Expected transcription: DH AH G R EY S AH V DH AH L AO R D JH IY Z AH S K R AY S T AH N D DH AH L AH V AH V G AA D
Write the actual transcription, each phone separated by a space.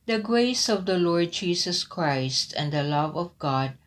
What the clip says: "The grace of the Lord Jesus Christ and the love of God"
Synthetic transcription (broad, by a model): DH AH G R EY S AH V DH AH L AO R D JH IY S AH S K R AY S T AH N D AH L AH V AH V G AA D